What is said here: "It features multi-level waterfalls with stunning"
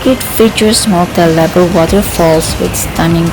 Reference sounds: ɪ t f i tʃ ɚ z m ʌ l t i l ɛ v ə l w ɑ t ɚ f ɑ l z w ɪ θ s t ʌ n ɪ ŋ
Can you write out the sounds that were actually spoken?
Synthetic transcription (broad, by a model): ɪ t f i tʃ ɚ s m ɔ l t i l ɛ b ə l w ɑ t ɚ f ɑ l s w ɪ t s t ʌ n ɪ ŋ